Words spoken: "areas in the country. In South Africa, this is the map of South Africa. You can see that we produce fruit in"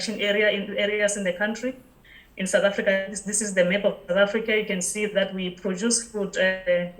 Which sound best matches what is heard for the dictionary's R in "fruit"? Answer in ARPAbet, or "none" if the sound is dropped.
none